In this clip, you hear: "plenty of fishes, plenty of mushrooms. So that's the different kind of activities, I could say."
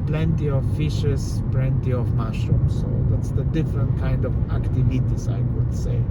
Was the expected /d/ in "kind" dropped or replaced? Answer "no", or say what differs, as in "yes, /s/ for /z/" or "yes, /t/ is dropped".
no